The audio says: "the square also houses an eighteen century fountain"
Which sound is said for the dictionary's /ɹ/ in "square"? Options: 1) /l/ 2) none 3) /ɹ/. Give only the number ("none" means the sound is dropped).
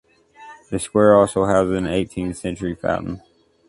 3